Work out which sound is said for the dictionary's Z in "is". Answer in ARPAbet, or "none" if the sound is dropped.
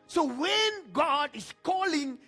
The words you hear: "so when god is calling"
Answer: S